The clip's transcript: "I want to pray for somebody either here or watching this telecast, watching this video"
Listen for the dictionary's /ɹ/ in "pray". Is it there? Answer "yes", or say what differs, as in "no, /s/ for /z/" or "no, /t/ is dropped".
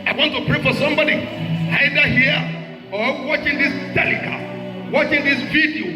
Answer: yes